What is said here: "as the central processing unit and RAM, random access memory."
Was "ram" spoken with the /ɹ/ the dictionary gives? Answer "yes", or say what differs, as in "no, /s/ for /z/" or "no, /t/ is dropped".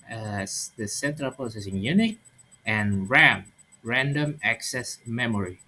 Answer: yes